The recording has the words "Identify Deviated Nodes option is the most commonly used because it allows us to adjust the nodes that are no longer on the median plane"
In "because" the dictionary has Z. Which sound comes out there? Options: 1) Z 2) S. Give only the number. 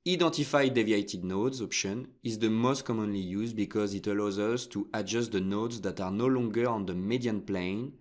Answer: 1